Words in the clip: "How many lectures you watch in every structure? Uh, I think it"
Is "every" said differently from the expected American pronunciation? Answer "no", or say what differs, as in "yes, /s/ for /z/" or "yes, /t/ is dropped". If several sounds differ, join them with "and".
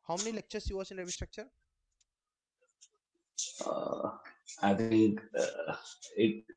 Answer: yes, /ɹ/ is dropped